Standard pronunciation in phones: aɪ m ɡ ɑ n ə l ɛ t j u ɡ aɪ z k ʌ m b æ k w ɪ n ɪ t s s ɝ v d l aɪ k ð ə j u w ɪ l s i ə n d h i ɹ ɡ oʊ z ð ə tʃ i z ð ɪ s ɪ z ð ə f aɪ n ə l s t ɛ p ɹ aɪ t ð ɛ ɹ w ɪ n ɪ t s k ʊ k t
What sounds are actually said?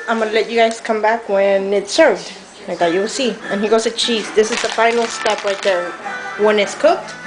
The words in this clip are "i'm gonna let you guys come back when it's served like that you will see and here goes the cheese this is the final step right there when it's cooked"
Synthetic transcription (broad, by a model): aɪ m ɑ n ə l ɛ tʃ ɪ ɡ aɪ z k ʌ m b æ k w ɪ n ɪ t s s ɝ v d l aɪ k ð ə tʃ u w ɪ l s i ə n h i ɡ oʊ z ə tʃ i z ð ɪ s ɪ z ð ə f aɪ n l s t ɛ p l aɪ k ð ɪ w ɪ n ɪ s k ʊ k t